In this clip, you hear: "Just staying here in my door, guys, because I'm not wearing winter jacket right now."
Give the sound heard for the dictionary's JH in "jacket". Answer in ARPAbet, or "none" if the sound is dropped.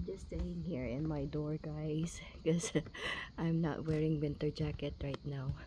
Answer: JH